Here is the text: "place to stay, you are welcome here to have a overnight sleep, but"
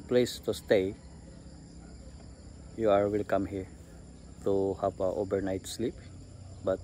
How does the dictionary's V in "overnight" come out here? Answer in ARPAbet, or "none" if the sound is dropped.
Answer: B